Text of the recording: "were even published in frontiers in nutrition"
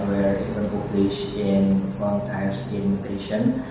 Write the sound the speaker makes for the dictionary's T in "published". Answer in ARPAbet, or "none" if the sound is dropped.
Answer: none